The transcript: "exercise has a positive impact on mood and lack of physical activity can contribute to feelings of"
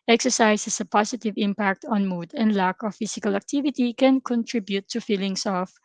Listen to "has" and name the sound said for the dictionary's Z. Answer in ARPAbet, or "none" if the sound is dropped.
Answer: S